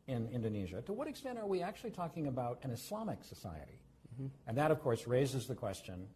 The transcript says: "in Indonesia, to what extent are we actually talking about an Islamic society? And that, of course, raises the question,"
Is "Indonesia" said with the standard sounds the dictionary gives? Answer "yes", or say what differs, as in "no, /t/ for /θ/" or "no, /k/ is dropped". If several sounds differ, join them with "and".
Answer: yes